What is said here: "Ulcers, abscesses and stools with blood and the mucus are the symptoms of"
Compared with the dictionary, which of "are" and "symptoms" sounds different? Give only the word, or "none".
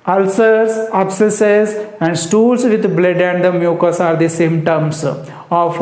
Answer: symptoms